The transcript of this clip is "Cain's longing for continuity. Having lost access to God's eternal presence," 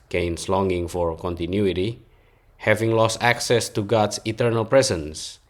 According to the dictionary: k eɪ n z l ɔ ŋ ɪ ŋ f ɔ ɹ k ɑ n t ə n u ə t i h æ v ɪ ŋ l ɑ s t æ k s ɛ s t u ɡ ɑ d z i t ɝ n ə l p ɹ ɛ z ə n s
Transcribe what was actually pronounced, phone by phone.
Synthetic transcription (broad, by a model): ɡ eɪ n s l ɔ ŋ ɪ ŋ f ɔ ɹ k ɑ n t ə n u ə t i h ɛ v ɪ ŋ l ɑ s t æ k s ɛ s t u ɡ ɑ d s i t ɝ n ə l p ɹ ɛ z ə n s